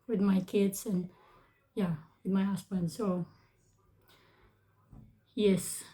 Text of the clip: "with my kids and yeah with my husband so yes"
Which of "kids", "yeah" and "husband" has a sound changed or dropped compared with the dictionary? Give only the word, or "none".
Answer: husband